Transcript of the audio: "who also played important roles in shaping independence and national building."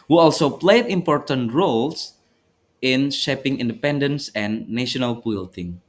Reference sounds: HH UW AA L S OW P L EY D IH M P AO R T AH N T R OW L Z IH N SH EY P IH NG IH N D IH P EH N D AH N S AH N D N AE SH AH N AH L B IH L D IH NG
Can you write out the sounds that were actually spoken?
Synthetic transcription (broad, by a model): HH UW AA L S OW P L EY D IH M P AO R T AH N T R OW L S IH N SH EY P IH NG IH N D IH P EH N D AH N S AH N N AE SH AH N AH L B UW L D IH NG